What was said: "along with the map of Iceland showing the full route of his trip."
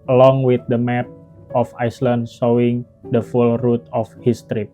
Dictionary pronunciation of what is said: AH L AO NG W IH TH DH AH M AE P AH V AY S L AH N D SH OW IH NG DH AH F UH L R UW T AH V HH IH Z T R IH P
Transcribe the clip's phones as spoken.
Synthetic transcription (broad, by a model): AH L AO NG W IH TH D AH M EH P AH F AY S L AH N D S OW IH NG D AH F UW L R UW T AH F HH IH S T R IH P